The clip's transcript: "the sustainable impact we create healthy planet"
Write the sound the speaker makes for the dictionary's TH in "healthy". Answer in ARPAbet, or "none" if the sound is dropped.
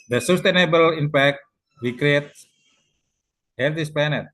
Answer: T